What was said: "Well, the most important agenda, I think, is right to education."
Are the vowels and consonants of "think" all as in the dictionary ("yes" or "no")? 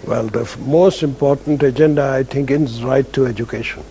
no